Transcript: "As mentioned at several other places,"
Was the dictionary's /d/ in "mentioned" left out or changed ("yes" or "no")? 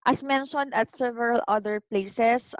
no